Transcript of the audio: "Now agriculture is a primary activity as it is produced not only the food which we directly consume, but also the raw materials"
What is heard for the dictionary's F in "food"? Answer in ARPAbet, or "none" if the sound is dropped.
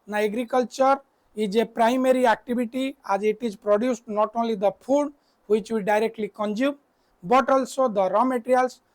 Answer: P